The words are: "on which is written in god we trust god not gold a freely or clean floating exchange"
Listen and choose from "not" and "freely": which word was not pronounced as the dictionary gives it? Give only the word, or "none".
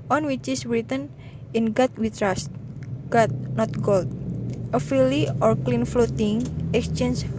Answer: freely